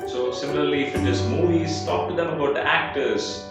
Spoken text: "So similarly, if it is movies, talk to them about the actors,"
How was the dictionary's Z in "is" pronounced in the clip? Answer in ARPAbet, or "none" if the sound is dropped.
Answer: S